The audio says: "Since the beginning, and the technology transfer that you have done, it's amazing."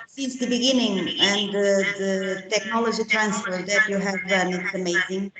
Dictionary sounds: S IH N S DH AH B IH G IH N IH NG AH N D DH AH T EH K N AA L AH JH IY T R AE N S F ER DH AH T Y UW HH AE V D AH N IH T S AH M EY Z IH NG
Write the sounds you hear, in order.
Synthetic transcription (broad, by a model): S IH N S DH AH B IH G IH N IH NG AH N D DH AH T EH K N AA L AH JH IY T R AE N S F ER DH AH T Y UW HH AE V D AH N IH T S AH M EY Z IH NG